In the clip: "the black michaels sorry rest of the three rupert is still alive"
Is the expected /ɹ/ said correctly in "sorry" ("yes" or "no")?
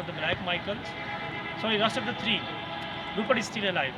no